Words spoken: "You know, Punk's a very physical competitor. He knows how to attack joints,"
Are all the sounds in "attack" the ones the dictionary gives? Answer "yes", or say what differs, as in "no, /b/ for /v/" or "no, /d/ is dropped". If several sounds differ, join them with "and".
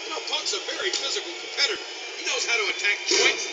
yes